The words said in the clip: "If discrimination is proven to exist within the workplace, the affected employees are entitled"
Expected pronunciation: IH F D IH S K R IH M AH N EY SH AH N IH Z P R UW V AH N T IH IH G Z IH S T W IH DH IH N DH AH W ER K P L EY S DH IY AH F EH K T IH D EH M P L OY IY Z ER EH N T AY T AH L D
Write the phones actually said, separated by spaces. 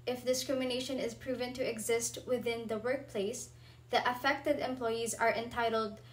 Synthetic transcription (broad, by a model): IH F D IH S K R IH M AH N EY SH AH N IH Z P R UW V AH N T IH IH G Z IH S T W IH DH IH N DH AH W ER K P L EY S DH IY AH F EH K T IH D EH M P L OY IY Z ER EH N T AY T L D